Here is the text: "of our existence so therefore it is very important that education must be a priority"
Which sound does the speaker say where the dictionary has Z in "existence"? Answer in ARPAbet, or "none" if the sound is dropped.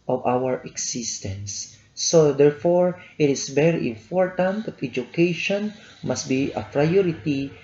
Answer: S